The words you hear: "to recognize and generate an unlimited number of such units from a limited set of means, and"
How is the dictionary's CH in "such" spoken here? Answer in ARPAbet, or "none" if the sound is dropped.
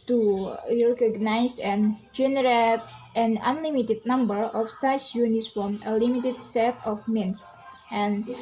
S